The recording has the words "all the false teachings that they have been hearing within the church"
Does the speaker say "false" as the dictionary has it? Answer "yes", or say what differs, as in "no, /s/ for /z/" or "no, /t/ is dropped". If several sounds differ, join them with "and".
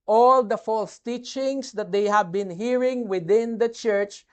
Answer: yes